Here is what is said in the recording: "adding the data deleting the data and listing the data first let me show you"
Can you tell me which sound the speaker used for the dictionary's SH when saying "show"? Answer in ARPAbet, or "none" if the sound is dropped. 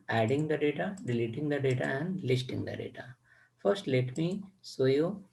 S